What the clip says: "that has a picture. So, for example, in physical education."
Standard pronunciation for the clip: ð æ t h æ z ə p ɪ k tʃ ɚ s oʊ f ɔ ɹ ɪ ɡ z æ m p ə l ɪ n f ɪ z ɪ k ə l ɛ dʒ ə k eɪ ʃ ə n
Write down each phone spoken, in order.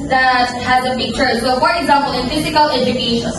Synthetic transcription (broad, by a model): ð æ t h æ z ə b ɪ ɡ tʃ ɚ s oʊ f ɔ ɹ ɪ ɡ z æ m p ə l ɪ n f ɪ z ɪ k ə l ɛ dʒ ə k eɪ ʃ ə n